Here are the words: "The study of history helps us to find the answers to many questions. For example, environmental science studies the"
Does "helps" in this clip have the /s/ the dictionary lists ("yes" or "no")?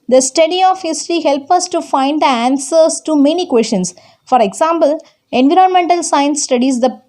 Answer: no